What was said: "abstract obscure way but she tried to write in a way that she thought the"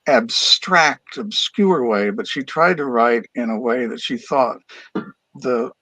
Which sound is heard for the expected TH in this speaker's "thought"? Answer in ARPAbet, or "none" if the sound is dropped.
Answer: TH